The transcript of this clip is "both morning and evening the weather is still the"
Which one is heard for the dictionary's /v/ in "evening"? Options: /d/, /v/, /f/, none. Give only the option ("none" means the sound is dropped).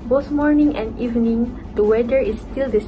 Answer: /v/